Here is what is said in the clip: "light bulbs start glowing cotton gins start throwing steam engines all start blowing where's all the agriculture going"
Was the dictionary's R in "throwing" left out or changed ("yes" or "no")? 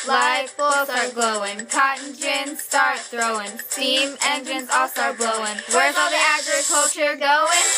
no